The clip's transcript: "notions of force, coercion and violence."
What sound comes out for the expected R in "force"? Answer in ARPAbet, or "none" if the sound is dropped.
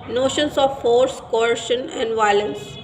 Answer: R